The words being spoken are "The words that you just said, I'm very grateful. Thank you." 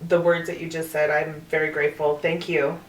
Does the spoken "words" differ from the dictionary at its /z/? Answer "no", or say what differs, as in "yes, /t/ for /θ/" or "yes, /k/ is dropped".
no